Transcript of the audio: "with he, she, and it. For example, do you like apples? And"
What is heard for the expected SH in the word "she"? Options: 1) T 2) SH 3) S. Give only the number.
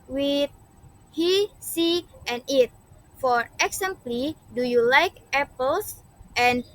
3